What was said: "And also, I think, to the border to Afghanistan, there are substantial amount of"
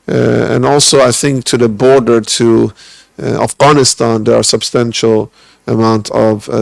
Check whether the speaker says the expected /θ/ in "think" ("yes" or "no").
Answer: yes